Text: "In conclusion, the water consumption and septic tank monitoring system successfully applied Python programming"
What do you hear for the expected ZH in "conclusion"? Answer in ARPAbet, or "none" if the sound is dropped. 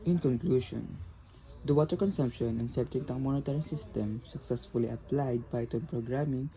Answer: SH